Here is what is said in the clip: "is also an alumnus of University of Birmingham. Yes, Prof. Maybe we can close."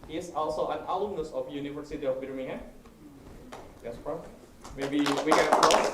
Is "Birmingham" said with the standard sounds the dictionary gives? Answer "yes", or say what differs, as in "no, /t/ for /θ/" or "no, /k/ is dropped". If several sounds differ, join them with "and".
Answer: no, /ŋ/ is dropped